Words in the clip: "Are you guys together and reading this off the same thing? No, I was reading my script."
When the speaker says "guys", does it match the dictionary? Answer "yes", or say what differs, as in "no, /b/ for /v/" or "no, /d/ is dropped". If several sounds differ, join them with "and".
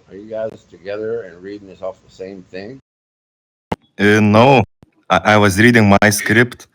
no, /s/ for /z/